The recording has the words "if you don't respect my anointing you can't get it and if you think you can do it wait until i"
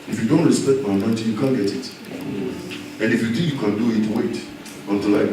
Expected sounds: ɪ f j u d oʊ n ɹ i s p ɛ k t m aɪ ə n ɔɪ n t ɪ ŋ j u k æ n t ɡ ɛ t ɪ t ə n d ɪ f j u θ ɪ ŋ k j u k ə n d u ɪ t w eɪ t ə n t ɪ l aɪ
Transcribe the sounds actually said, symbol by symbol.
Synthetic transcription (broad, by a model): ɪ f j u d oʊ n ɹ i s p ɛ k t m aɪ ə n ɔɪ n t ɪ j u k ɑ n ɡ ɛ t ɪ t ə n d ɪ f j u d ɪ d j u k ə n d u ɪ t w eɪ t ə n t ɪ l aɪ